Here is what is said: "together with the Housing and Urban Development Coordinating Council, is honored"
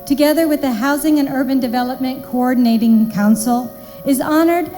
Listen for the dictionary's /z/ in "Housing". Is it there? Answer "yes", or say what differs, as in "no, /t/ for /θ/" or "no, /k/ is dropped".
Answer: yes